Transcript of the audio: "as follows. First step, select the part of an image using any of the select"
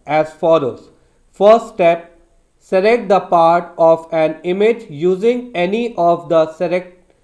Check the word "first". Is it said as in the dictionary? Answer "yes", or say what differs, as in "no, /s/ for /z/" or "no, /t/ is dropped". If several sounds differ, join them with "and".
no, /s/ is dropped